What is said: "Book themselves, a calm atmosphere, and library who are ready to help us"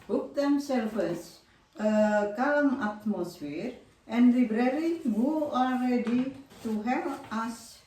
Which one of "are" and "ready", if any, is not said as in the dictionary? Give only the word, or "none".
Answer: are